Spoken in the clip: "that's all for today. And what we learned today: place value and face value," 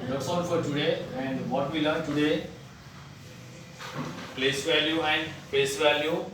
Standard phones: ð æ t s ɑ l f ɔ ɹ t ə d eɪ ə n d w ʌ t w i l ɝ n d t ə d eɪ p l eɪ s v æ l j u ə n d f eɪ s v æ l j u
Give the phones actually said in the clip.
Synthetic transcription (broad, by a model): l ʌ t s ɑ n f ɔ ɹ t ə d eɪ ə n d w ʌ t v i l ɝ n t ə d eɪ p l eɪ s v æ l j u ə n d p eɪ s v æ l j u